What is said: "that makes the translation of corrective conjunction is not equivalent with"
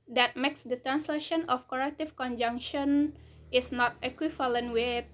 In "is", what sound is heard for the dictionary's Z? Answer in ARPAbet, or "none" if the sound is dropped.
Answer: S